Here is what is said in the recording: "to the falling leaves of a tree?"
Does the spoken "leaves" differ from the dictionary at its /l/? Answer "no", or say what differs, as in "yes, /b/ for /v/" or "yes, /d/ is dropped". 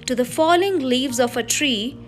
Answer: no